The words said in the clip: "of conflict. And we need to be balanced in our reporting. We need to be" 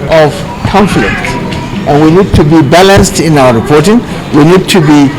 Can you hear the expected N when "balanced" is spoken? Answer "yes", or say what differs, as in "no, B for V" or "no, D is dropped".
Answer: yes